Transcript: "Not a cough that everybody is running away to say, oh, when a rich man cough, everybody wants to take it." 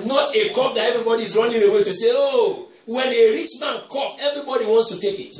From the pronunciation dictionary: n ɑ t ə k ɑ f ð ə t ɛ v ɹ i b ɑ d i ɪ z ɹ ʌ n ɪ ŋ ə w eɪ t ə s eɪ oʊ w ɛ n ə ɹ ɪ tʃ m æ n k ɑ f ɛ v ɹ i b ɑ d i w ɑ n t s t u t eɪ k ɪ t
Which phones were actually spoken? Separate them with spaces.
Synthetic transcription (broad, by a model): n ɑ t ə k ɑ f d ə t ɛ v ɹ i b ɑ d i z ɹ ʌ n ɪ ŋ ə w eɪ t ə s eɪ oʊ w ɛ n ə ɹ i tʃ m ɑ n k ɑ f ɛ v ɹ i b ɑ d i w ɑ n t s t u t eɪ k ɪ t